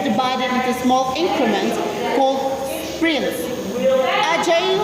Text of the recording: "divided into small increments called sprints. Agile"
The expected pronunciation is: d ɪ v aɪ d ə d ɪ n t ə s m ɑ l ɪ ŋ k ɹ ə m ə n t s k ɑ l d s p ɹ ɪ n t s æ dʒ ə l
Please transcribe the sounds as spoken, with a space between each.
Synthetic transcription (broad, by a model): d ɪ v aɪ d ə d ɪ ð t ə s m ɑ l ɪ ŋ k ɹ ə m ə n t k ɑ l d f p ɹ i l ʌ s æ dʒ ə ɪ